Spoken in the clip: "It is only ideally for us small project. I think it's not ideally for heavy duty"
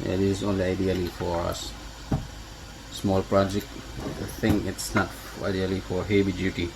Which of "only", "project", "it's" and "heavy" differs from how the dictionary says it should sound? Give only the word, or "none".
heavy